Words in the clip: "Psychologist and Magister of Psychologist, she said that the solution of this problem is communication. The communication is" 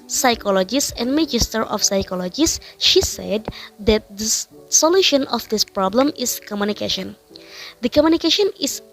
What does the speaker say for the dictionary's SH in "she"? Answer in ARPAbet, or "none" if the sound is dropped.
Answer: SH